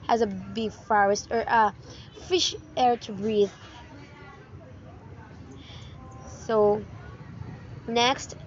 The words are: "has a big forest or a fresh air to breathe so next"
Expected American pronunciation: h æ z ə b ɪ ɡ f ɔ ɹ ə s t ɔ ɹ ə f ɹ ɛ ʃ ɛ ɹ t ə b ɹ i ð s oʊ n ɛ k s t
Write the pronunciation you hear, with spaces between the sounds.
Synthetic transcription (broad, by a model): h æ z ə b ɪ f ɔ ɹ ə s t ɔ ɹ ə f ɪ ʃ ɛ ɹ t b ɹ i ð s oʊ n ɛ k s t